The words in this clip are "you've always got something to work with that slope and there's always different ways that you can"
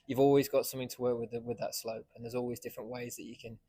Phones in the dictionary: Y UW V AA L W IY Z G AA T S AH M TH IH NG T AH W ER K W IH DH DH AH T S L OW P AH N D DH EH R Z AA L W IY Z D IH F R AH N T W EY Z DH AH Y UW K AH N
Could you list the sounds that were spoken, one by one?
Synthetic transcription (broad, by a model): Y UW V AA L W IY Z G AA T S AH M TH IH NG T AH W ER K W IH DH DH AH T S L OW P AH N DH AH Z AA L W IY Z D IH F R AH N T W EY Z DH AH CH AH K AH N